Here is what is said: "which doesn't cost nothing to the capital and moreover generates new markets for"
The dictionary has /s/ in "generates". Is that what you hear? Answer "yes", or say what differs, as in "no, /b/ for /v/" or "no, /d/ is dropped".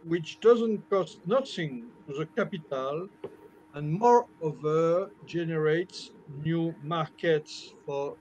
yes